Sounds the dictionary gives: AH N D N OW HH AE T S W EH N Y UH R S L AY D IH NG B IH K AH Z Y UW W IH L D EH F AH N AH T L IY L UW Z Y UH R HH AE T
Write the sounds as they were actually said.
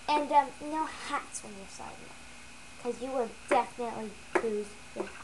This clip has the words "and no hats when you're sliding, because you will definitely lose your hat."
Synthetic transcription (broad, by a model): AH N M N OW HH AE T S W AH N Y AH R S AY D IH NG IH K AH Z Y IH W IH L D EH F AH N AH T L IY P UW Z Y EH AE